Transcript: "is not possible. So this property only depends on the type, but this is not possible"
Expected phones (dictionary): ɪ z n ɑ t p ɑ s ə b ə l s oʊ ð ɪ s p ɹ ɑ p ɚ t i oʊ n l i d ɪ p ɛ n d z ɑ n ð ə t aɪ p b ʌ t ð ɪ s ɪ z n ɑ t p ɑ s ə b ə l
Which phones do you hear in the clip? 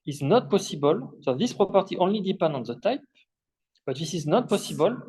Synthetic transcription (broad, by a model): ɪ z n ɑ t p ɑ s ə b ə l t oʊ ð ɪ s p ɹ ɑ p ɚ t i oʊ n l i d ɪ p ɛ n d ɑ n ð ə t aɪ p b ʌ t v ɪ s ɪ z n ɑ t p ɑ s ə b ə l